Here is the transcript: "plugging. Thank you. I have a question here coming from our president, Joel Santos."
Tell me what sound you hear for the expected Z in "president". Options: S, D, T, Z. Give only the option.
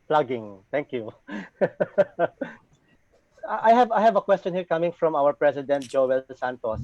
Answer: S